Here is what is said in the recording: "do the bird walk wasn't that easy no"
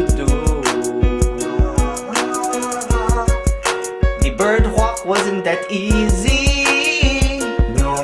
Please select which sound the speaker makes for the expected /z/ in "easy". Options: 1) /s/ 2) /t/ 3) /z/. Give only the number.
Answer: 3